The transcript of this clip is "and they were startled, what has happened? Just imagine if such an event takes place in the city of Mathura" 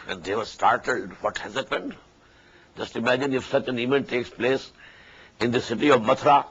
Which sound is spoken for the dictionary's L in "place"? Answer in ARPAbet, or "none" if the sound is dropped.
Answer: L